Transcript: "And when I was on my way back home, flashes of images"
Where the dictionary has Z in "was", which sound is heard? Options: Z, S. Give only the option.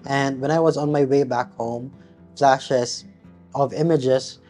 Z